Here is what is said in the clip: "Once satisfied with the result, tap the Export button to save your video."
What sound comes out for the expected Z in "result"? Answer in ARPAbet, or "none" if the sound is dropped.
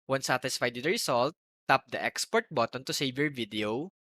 S